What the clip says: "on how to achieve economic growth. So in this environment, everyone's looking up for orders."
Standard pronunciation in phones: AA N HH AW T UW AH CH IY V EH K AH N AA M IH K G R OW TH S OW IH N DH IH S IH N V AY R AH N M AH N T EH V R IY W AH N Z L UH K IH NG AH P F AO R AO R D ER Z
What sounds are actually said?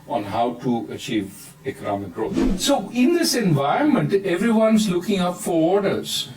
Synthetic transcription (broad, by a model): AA N HH AW T UW AH CH IY V EH K AH N AA M IH K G R OW T S OW IH N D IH S IH N V AY R AH N M AH N T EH V R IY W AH N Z L UH K IH NG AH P F AO R AO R D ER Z